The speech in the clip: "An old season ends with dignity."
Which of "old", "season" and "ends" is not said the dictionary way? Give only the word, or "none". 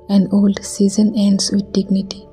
ends